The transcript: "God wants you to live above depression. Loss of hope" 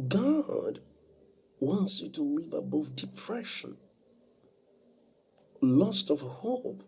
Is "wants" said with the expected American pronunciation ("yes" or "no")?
yes